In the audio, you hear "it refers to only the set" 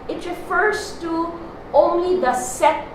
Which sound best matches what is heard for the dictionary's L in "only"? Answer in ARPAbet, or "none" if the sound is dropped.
L